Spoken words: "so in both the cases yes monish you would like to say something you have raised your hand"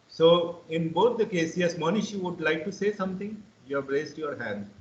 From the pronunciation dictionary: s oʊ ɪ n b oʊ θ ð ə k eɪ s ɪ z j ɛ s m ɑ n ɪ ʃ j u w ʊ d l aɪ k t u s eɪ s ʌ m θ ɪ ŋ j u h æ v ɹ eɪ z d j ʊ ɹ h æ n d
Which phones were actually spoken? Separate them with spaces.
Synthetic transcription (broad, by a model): s oʊ ɪ n b oʊ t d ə k eɪ s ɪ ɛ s m ɑ n ɪ ʃ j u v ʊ d l aɪ k t u s eɪ s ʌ m t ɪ ŋ j u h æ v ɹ eɪ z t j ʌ ɹ h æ n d